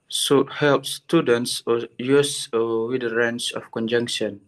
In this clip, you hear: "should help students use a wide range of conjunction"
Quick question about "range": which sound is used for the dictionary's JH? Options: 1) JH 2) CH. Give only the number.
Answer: 2